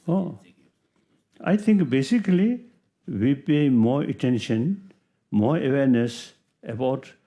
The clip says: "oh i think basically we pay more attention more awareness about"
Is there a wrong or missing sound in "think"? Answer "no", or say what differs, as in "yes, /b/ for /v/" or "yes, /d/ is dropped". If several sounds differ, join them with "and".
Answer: yes, /t/ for /θ/